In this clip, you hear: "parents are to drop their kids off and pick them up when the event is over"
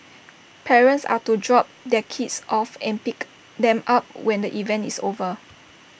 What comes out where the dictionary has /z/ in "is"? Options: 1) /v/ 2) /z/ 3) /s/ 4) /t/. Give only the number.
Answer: 3